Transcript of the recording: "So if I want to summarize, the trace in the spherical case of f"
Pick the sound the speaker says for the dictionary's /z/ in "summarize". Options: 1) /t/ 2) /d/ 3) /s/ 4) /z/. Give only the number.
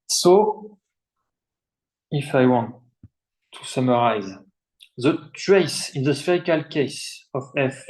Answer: 4